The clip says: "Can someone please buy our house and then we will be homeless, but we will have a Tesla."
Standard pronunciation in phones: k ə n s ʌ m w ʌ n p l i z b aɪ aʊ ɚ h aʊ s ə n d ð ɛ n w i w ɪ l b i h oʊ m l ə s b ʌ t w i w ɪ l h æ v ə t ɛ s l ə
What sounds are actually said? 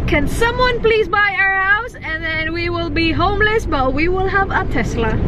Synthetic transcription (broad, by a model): k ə n s ʌ m w ʌ n p l i z b aɪ aʊ ɚ h aʊ s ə n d ð ɛ n w i w ɪ l b i h oʊ m l ə s b ʌ t w i w ɪ l h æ v ə t ɛ s l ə